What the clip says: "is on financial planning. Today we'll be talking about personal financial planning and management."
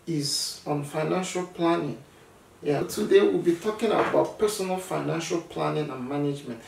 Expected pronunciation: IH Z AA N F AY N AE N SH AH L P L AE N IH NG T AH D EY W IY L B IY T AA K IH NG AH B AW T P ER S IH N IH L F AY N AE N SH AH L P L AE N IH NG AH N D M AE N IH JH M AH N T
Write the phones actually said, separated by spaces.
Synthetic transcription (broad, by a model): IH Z AA N F AY N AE N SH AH L P L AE N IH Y T AH D EY W IY L B IY T AA K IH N AH B AW T P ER S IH N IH L F AY N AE N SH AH L P L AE N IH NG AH N M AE N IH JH M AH N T